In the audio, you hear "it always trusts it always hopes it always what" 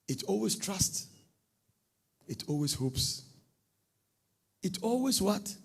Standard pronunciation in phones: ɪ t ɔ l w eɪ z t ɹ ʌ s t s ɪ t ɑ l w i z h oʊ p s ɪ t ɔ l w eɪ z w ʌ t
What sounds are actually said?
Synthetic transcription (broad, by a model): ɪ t ɔ l w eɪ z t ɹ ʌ s t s ɪ t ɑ l w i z h oʊ p s ɪ t ɔ l w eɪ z w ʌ t